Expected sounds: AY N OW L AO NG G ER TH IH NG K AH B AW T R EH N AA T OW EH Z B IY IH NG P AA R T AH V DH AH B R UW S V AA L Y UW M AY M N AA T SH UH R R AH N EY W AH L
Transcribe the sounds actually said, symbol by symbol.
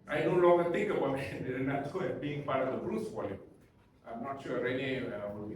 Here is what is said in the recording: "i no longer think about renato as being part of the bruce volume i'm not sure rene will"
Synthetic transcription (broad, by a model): AY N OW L AO NG G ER T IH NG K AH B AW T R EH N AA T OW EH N B IY IH NG P AA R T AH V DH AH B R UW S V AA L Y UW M AY M N AA T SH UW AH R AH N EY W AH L